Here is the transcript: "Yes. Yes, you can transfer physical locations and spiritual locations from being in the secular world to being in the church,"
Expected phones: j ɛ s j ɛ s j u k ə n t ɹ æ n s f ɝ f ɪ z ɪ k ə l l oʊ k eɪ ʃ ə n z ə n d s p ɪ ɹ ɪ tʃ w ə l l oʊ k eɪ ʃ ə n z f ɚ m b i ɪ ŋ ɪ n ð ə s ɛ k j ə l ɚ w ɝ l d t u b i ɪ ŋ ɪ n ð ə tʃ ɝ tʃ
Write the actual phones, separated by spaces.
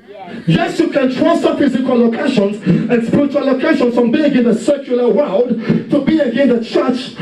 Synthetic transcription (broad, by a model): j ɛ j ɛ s j u k ə n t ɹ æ s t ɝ f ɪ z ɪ k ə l l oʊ k eɪ ʃ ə n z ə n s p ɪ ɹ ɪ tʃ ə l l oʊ k eɪ ʃ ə n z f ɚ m b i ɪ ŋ ɪ n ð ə s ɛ k j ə l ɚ w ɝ l d t u b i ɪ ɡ ɪ n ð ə tʃ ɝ tʃ